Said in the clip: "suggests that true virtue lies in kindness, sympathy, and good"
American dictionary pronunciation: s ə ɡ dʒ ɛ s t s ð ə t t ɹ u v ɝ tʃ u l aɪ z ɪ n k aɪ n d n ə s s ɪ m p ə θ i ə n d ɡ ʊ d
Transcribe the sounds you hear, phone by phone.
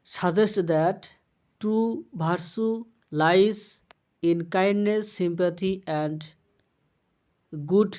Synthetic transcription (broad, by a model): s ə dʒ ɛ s t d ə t t ɹ u b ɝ s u l aɪ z ɪ n k aɪ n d n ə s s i m p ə t i ə n d ɡ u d